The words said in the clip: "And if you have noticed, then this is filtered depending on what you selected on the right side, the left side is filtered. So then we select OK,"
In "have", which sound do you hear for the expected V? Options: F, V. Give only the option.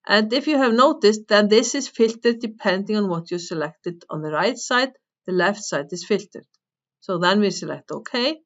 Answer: V